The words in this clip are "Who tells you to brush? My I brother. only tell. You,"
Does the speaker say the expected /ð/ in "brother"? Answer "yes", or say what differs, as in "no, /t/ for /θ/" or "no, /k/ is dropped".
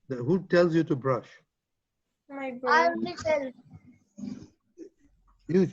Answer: no, /ð/ is dropped